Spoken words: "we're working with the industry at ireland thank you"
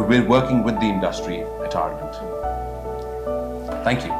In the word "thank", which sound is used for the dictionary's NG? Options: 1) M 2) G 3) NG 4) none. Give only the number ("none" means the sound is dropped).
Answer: 3